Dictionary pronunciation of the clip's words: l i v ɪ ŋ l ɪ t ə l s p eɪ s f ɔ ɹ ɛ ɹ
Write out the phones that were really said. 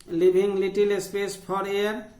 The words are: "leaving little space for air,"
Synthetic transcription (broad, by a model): l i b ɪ ŋ l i t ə l s p eɪ s p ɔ ɹ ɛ ɹ